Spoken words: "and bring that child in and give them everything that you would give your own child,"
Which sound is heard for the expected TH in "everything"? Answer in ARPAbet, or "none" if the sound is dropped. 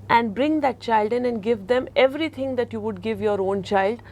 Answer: T